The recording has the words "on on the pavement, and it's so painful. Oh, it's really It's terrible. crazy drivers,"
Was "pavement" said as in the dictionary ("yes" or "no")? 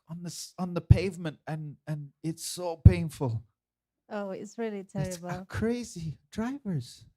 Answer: yes